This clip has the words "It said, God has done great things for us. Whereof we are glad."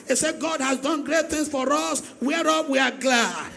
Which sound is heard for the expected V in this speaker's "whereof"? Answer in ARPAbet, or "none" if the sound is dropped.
P